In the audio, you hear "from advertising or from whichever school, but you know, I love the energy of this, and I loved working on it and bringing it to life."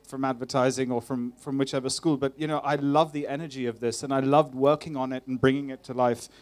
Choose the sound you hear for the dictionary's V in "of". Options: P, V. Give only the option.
V